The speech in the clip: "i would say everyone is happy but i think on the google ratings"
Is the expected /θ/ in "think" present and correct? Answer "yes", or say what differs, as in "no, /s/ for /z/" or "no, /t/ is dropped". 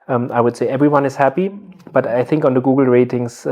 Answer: yes